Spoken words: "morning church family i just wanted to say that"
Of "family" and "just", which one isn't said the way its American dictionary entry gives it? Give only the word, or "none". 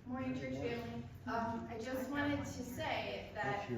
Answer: family